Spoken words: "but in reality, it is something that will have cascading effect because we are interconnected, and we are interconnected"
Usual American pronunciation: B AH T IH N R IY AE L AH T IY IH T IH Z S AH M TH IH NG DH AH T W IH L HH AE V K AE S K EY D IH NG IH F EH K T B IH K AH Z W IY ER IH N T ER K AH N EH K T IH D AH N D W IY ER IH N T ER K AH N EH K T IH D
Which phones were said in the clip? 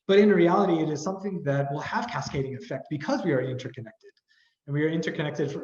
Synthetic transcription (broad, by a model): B AH T IH N R IY AE L AH T IY IH T IH Z S AH M TH IH NG DH AH T W IH L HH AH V K AE S K EY D IH NG IH F EH K T B IH K AH Z W IY ER IH N T ER K AH N EH K T IH D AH N W IY ER IH N T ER K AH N EH K T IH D